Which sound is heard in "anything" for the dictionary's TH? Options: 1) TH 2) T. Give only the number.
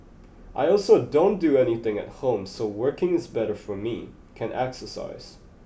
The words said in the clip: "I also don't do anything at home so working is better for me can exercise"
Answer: 1